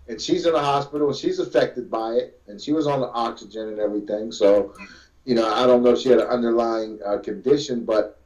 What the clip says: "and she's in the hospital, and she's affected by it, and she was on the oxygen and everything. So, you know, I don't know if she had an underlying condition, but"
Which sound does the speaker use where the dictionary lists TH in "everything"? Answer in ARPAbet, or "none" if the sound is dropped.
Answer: TH